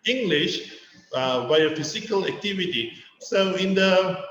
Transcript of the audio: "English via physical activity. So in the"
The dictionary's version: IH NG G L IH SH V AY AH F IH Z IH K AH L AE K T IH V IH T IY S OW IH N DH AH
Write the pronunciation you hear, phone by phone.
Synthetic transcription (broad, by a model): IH NG G L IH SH B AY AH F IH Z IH K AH L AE K T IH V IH T IY S OW IH N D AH